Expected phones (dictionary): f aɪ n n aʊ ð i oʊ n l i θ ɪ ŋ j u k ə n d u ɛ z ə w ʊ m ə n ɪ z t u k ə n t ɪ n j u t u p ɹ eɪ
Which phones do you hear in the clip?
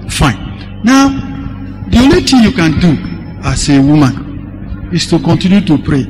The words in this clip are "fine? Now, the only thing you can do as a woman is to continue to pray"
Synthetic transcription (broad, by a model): f aɪ n n aʊ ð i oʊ l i t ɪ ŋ j u k ə n d u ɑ s ə w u m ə n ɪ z t u k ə n t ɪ n j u t u p ɹ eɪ